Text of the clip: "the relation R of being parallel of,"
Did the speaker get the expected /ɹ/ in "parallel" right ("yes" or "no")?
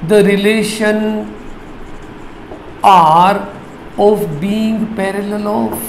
yes